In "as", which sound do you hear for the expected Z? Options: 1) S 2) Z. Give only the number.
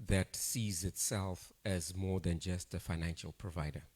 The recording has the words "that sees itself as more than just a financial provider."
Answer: 2